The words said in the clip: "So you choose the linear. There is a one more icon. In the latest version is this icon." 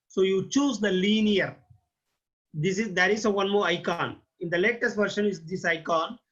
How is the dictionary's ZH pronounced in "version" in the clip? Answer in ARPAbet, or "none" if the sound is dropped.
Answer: SH